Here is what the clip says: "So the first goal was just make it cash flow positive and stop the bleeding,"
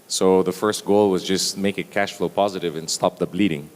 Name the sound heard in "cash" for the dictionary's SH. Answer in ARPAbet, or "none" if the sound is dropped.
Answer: SH